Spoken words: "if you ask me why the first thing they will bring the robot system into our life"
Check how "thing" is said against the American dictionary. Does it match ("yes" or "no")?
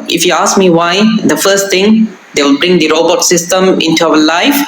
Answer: no